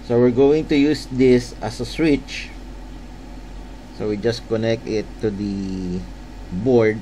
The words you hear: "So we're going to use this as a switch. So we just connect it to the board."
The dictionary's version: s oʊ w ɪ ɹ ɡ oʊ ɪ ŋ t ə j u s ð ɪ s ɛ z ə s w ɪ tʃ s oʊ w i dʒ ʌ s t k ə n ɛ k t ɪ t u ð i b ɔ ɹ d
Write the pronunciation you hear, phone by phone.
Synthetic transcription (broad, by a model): s oʊ w ɪ ɹ ɡ oʊ ɪ ŋ t ə j u s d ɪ s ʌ s ə s w ɪ tʃ s oʊ w i dʒ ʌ s k ə n ɛ k t ɪ t u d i b ɔ ɹ d